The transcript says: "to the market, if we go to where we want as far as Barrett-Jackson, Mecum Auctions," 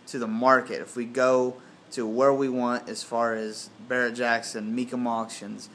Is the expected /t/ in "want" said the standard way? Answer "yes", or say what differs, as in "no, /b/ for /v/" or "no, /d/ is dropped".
yes